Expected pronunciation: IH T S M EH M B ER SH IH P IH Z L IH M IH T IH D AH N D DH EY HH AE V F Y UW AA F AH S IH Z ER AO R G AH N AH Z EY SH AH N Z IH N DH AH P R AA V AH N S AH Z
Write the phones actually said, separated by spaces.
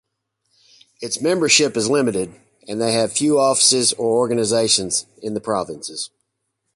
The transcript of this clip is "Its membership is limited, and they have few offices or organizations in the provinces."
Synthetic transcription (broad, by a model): IH T S M EH M B ER SH IH P IH Z L IH M IH T IH D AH N DH EY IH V F Y UW AA F AH S IH Z ER AO R G AH N AH Z EY SH AH N Z IH N DH AH P R AA V AH N S AH Z